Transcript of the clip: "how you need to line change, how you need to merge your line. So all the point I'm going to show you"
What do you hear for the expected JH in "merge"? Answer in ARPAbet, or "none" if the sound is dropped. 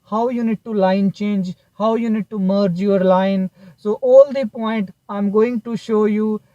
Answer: JH